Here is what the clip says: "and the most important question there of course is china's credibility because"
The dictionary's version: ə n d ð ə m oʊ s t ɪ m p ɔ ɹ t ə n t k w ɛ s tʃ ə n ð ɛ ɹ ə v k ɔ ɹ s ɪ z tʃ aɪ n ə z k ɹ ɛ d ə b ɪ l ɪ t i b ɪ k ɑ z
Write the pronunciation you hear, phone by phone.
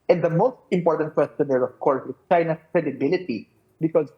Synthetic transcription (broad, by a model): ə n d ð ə m oʊ s t ɪ m p ɔ ɹ t ə n t k w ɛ s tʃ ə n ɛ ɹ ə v k ɔ ɹ s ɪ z tʃ aɪ n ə s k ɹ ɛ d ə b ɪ l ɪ t i b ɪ k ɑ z